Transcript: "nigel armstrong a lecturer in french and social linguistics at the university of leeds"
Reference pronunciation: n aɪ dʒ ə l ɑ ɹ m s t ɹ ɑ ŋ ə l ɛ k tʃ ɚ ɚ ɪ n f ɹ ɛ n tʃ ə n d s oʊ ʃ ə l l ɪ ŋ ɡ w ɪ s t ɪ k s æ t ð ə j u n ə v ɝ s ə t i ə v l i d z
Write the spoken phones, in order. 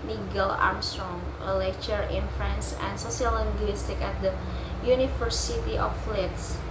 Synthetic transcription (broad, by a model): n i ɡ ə l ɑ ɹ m s t ɹ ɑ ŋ ə l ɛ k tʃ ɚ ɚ ɪ n f ɹ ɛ n s ə n d s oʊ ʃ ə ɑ l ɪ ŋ ɡ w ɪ s t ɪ k æ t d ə j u n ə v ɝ s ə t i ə f l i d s